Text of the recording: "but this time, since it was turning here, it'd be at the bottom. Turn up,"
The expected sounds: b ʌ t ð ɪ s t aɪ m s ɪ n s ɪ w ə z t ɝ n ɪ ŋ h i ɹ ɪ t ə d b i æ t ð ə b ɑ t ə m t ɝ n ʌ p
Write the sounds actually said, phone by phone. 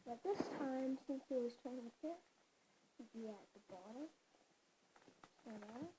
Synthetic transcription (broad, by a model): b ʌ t ð ɪ s t aɪ m s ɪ n s ɪ w ə z t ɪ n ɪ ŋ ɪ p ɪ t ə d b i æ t ð ə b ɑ t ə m s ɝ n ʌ